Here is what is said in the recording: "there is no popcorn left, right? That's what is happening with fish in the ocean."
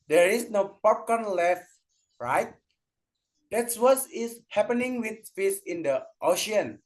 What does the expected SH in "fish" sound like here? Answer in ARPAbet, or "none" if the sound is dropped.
S